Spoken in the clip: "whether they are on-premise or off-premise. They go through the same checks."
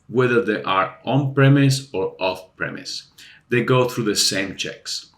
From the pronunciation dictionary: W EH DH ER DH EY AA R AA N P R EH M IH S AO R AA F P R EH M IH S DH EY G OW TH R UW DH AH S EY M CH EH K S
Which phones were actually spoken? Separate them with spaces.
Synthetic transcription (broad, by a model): W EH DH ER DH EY AA R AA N P R EH M IH S AO R AA F P R EH M IH S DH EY G OW TH R UW DH AH S EY M CH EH K S